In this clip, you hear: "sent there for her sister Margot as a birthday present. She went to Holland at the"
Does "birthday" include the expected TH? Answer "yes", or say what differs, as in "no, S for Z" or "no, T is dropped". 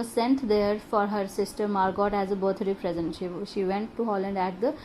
no, T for TH